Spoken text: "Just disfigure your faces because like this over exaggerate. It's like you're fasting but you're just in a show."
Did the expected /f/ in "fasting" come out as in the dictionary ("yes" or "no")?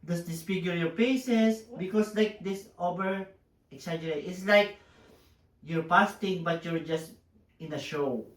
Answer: no